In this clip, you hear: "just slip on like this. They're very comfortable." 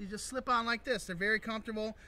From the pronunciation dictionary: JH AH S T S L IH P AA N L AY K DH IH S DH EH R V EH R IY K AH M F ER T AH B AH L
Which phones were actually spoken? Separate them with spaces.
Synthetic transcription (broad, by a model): JH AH S T S L IH P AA N L AY K DH IH S DH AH R V EH R IY K AH M F T AH B L